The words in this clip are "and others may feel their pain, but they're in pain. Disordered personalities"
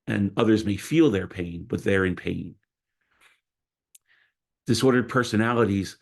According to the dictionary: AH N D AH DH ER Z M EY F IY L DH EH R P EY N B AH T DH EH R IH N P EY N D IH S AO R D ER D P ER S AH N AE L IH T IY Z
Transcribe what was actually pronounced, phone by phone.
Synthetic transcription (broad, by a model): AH N AH DH ER Z M EY F IY L DH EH R P EY N B AH T DH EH R IH N P EY N D IH S AO R D ER D P ER S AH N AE L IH T IY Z